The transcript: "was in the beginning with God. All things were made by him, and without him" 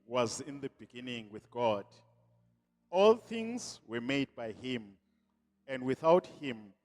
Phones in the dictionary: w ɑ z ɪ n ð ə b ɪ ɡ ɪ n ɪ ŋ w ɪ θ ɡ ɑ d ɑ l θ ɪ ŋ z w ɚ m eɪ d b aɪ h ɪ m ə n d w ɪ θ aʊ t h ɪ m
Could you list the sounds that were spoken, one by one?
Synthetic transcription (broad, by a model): w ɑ z ɪ n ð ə b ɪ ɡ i n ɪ ŋ w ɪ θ ɡ ɑ d ɑ l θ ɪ ŋ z w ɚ m eɪ d b aɪ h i m ə n d w ɪ θ aʊ t h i m